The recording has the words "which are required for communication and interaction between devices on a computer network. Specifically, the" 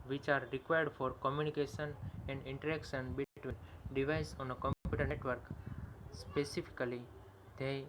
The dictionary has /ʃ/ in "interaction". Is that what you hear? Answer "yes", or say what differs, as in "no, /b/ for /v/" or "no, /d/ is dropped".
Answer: no, /s/ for /ʃ/